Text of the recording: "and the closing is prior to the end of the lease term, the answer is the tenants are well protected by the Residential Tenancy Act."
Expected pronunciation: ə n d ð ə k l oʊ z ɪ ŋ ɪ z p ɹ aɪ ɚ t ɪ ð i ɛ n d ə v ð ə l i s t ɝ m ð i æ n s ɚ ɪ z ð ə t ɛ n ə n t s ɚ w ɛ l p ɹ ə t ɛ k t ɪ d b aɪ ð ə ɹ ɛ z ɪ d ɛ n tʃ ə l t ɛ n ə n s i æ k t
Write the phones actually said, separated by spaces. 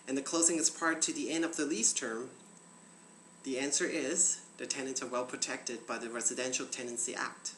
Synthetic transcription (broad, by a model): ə n ð ə k l oʊ z ɪ ŋ ɪ z p ɹ t ɪ ð i ɛ n d ə v ð ə l i s t ɝ m ð i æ n s ɚ ɪ z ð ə t ɛ n ə n t s ɚ w ɛ l p ɹ ə t ɛ k t ɪ d b aɪ ð ə ɹ ɛ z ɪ d ɛ n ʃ l t ɛ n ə n s i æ k t